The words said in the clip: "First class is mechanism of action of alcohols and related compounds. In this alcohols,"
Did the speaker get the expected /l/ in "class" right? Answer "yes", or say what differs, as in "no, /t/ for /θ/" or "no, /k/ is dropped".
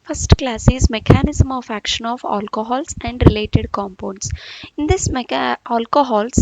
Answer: yes